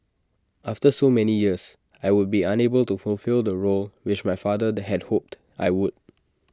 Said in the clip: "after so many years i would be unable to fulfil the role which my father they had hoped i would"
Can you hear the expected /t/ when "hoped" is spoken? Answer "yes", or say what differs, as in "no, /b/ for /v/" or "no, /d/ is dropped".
yes